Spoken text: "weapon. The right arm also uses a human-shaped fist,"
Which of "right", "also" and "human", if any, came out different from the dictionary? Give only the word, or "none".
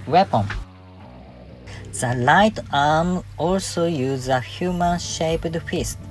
right